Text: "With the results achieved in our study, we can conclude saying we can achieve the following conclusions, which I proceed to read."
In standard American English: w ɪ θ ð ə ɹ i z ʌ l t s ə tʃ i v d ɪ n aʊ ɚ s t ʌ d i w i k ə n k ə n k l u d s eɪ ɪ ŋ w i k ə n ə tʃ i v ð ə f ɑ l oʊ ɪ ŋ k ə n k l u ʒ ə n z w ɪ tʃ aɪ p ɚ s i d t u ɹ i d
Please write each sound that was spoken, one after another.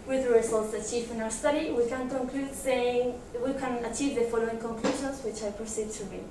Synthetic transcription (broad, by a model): w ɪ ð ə ɹ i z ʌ l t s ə tʃ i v ɪ n aʊ ɚ s t ʌ d i w i k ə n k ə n k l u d s eɪ ɪ ŋ w i k ə n ə tʃ i v ð ə f ɑ l oʊ ɪ ŋ k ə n k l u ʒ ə n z w ɪ tʃ aɪ p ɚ s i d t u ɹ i